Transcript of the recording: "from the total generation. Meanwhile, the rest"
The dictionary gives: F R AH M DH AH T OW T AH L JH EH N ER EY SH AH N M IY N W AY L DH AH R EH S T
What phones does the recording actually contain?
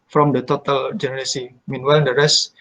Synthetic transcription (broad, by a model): F R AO M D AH T OW T AH L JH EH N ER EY S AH M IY N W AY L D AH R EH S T